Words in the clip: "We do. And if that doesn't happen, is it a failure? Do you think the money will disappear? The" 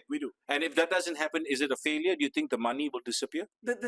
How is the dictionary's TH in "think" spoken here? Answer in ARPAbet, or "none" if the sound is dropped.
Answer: T